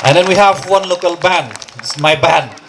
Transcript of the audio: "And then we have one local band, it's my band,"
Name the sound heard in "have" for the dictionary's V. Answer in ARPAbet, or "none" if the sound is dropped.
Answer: V